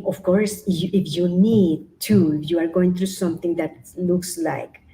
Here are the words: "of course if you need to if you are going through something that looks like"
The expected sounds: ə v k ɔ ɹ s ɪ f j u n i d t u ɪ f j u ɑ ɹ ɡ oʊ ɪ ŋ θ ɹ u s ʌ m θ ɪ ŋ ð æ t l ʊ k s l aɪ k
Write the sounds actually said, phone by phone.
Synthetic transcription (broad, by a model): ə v k ɔ ɹ s ɪ f j u n i d t u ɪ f j u ɑ ɹ ɡ oʊ ɪ ŋ t ɹ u s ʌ m t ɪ ŋ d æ t l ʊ k s l aɪ k